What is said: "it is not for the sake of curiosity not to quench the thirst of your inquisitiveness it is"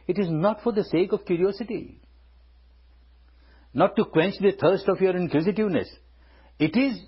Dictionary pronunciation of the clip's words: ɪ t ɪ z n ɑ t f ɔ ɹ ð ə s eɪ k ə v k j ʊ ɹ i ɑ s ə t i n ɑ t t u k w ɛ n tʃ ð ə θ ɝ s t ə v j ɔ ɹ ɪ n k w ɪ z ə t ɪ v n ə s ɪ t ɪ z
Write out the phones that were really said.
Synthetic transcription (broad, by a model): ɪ t ɪ z n ɑ t f ɔ ɹ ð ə s eɪ k ə v k j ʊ ɹ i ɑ s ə t i n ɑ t t u k w ɛ n tʃ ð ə t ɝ s t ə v j ɔ ɹ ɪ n k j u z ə t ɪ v n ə s ɪ t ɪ z